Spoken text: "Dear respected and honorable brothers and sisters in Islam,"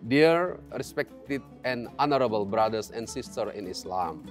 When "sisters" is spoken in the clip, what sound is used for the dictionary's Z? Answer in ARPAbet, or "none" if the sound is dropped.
none